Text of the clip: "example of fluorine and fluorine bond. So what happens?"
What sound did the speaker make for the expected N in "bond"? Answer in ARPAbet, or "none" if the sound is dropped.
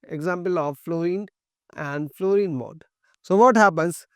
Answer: none